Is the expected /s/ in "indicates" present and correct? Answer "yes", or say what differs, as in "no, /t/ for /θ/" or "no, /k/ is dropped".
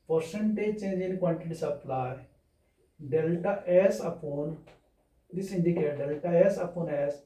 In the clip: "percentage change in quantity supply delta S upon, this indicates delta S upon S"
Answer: no, /s/ is dropped